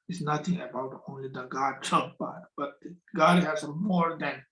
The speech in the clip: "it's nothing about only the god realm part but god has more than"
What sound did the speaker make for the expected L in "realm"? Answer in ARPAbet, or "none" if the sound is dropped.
none